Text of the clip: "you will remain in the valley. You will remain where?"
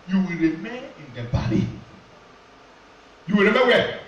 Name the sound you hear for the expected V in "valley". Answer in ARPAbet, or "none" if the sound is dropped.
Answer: B